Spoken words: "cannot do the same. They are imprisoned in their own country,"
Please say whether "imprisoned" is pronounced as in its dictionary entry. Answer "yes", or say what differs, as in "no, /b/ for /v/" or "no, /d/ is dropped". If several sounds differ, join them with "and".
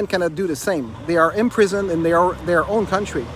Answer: yes